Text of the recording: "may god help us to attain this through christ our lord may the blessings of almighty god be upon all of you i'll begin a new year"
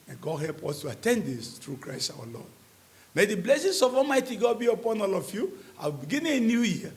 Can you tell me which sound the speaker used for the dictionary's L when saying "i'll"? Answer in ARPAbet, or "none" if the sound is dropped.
W